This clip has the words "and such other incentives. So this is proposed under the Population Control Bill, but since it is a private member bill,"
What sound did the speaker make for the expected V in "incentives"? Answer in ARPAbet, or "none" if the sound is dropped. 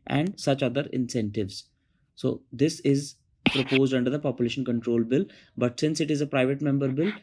V